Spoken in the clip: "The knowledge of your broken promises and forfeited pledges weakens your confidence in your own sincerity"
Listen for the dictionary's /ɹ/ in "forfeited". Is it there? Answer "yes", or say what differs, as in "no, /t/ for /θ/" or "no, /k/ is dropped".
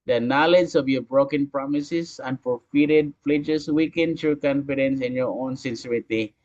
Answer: no, /l/ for /ɹ/